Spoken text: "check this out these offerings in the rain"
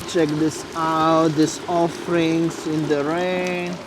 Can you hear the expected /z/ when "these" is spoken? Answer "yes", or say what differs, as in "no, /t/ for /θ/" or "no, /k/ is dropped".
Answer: no, /s/ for /z/